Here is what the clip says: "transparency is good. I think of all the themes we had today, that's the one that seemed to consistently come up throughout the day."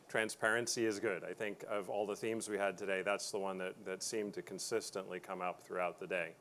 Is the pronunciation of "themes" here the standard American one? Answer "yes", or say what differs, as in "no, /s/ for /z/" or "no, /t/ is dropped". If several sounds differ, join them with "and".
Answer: yes